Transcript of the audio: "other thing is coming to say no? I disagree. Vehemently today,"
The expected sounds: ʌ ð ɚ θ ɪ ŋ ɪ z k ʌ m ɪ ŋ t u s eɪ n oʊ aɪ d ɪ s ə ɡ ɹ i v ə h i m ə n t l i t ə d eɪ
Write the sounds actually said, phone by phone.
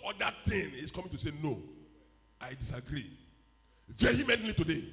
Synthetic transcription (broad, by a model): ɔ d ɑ t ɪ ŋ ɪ s k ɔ m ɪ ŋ t u s eɪ n oʊ aɪ d ɪ s ə ɡ ɹ i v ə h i m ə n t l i t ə d eɪ